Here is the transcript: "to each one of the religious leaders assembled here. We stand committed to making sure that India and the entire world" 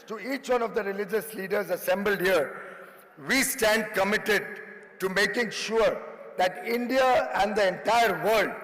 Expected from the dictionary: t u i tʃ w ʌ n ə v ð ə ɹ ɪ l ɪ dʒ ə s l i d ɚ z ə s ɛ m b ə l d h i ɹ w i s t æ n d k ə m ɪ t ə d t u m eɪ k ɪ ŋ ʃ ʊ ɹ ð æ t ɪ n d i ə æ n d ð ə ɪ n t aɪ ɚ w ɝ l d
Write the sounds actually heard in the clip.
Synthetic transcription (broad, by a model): t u i tʃ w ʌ n ə v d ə ɹ ɪ l ɪ dʒ ə s l i d ɚ z ə s ɛ m b ə l d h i ɹ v i s t æ n d k ə m ɪ t ə d t u m eɪ k ɪ ŋ ʃ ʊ ɹ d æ t ɪ n d i ə æ n d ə ɪ n t aɪ ɚ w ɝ l d